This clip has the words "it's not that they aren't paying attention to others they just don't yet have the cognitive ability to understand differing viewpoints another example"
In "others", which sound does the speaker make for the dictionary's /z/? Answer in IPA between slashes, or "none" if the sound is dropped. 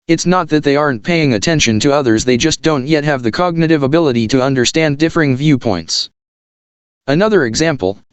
/z/